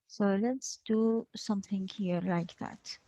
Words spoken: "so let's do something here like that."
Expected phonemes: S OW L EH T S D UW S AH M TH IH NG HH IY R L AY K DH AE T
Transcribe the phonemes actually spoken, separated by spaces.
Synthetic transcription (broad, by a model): S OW L EH T S D UW S AH M TH IH NG HH IY R L AY K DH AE T